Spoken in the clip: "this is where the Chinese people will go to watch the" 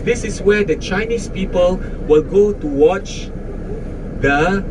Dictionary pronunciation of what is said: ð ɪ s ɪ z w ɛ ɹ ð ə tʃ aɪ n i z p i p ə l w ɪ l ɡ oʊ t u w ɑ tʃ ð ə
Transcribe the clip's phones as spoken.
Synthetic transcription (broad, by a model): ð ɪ s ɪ s w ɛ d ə tʃ aɪ n i s p i p ə l w ɪ l ɡ oʊ t u w ɑ tʃ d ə